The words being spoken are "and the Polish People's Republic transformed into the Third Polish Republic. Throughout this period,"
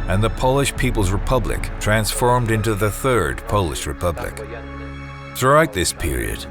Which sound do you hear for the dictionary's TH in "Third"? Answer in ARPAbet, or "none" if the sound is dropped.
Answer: TH